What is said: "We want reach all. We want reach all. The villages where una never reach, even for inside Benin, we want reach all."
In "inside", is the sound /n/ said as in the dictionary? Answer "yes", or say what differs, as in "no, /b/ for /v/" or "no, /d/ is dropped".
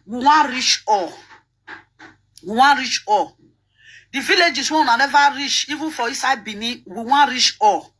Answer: no, /n/ is dropped